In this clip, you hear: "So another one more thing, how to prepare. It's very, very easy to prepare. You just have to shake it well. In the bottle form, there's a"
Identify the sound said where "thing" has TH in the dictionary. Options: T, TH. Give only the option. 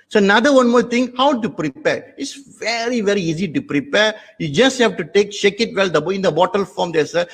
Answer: T